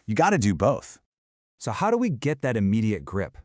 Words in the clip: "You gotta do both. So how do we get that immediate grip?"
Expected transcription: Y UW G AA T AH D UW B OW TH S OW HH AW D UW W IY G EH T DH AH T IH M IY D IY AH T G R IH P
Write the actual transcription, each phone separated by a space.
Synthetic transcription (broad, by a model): Y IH G AA T AH D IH B OW TH S OW HH AW D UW W IY G EH T DH AH T IH M IY D IY AH T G R IH P